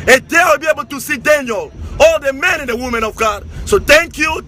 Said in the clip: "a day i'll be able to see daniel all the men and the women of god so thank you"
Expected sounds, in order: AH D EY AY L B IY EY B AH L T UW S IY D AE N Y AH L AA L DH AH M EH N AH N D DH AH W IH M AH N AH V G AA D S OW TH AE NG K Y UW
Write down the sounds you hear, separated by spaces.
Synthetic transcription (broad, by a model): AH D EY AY W B IY EY B AH L T UW S IY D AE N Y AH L AA L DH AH M EH N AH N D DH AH W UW M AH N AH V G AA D S OW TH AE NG K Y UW